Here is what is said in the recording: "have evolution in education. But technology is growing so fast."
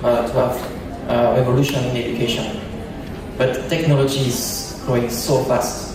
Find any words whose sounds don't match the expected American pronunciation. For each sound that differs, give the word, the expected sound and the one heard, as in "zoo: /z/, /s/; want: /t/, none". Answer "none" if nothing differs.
growing: /ɹ/, none